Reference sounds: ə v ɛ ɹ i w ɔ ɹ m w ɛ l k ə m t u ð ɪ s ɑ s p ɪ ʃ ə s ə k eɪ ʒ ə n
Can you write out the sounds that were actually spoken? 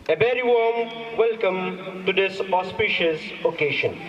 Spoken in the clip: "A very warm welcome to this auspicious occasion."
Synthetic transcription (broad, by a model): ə b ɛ ɹ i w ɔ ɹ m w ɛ l k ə m t u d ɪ s ɑ s p ɪ ʃ ə s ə k eɪ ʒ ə n